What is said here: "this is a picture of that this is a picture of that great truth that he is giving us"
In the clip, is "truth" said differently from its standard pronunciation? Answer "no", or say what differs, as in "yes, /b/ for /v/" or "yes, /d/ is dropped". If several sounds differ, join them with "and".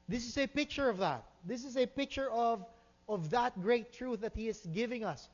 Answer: no